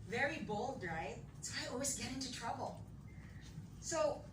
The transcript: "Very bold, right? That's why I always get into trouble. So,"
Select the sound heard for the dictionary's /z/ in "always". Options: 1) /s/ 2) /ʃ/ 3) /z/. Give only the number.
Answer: 3